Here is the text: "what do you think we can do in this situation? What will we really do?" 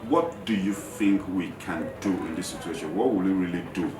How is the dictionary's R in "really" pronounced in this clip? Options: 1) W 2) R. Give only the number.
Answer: 2